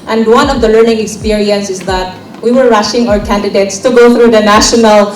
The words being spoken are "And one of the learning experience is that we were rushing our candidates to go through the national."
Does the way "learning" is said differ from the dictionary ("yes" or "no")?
no